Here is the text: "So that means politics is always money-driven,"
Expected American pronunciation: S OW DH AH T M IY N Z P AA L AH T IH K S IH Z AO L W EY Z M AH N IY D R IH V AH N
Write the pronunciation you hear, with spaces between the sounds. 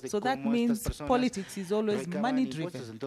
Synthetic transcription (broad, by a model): S OW DH AH T M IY N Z P AA L AH T IH K S IH Z AO L W EY Z M AH N IY D R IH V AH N